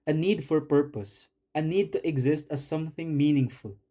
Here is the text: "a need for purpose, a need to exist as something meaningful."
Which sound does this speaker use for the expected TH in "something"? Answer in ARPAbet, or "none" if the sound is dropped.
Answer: TH